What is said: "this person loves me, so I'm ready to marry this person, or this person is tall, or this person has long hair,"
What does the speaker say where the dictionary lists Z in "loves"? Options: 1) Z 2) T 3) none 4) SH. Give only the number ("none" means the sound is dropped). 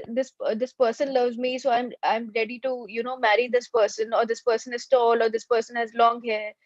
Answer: 1